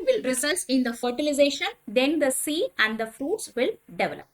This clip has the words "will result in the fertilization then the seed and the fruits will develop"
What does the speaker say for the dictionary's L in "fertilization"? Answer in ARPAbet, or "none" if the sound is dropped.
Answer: L